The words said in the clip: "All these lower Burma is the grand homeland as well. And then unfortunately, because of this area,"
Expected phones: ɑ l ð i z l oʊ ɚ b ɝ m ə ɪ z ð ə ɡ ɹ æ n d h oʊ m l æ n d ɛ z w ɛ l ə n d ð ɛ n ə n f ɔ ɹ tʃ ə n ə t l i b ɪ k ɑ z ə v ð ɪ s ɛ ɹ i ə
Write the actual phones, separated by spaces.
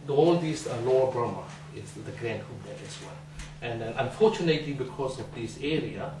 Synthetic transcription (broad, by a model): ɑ l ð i s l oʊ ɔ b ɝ m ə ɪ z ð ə ɡ ɹ æ n d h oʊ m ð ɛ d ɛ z w ɛ l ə n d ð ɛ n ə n f ɔ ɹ tʃ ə n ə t l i b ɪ k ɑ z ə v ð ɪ s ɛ ɹ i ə